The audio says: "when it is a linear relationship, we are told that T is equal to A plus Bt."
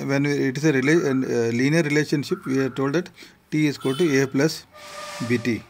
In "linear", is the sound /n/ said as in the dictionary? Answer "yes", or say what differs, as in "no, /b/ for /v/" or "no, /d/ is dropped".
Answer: no, /l/ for /n/